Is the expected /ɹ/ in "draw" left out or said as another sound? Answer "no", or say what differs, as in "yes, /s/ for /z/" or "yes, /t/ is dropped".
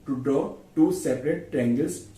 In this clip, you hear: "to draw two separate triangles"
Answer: yes, /ɹ/ is dropped